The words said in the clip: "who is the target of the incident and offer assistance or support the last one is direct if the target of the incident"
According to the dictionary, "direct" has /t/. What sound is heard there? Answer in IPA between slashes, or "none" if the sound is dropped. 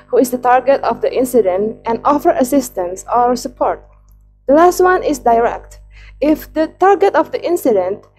/t/